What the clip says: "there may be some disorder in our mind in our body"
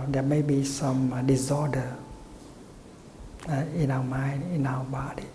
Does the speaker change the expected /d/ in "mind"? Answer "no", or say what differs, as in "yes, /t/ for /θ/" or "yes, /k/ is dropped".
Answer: yes, /d/ is dropped